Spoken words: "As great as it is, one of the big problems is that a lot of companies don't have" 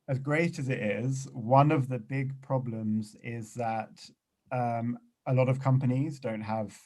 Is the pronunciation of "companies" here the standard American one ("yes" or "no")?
yes